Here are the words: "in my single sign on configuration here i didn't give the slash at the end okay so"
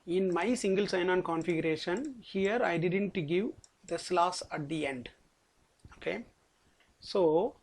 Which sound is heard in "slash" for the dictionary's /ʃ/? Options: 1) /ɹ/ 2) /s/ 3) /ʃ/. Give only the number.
2